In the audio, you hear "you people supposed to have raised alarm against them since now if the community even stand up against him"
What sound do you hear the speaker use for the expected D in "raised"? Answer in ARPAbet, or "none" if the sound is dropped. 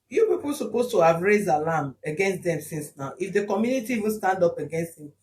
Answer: D